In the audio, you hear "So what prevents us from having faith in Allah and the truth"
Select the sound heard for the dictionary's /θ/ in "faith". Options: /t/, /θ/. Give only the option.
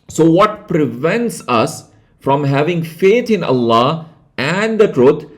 /t/